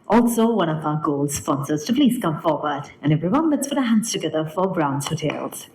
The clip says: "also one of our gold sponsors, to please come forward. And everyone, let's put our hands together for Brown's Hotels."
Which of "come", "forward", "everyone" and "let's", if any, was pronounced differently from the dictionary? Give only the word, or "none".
none